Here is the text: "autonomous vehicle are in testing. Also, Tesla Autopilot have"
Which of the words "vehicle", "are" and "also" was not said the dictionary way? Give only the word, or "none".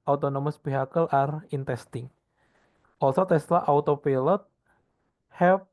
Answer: vehicle